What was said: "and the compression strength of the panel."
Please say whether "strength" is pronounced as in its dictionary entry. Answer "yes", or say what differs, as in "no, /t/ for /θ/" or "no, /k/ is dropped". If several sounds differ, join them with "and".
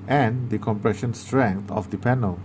no, /t/ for /θ/